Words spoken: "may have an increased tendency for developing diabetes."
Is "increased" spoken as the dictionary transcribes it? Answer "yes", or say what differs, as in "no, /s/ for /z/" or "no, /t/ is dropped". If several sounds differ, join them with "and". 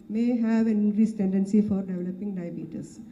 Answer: no, /k/ is dropped